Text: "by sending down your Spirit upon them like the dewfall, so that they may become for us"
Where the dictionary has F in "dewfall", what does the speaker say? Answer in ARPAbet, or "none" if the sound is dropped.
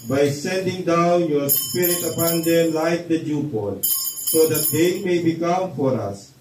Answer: P